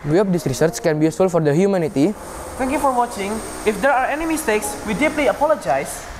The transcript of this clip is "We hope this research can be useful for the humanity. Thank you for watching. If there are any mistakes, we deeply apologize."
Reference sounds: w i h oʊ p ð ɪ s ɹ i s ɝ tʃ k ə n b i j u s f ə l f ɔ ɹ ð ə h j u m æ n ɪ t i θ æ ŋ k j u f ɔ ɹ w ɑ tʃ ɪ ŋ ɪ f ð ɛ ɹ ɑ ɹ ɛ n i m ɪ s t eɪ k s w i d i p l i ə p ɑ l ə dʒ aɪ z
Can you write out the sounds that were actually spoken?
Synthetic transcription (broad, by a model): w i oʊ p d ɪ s ɹ i s ɝ tʃ k ə n b i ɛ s ə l f ɔ ɹ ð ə h j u m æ n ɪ t i t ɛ ŋ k j u f ɔ ɹ w ɑ tʃ ɪ ŋ ɪ f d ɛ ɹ ɑ ɹ ɛ n i m ɪ s t eɪ k s w i d i p l i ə p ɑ l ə dʒ aɪ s